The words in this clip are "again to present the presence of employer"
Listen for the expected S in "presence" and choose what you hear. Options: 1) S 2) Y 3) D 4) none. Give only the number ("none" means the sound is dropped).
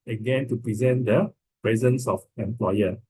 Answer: 1